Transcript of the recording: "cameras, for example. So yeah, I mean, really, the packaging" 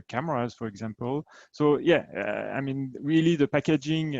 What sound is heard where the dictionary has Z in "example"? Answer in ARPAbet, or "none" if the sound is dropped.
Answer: Z